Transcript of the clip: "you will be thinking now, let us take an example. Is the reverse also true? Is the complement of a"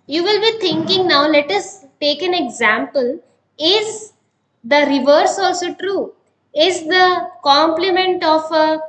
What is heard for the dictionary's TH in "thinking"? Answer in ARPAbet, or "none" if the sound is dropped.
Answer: T